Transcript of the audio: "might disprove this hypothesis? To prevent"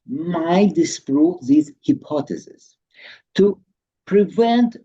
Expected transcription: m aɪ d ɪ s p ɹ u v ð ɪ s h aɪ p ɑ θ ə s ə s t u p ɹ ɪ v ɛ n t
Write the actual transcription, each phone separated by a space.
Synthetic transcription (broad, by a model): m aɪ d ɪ s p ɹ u p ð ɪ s h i p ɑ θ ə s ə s t u p ɹ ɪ v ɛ n t